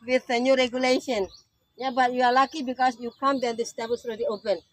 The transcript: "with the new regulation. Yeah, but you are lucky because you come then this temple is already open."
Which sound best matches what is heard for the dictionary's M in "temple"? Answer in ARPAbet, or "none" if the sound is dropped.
none